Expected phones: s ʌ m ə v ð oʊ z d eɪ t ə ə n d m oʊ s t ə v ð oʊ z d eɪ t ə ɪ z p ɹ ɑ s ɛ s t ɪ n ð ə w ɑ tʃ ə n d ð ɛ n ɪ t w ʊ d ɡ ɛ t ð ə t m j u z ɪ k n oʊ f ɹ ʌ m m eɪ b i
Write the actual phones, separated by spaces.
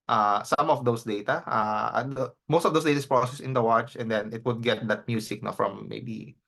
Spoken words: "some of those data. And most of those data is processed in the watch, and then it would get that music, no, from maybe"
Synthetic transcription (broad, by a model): s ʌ m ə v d oʊ s d eɪ t ə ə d m oʊ s t ə v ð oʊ s d eɪ t ə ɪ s p ɹ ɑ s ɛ s ɪ n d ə w ɑ tʃ ə n d ɛ n ɪ t w ʊ d ɡ ɛ t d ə t m j u s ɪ k n oʊ f ɹ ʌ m m eɪ b i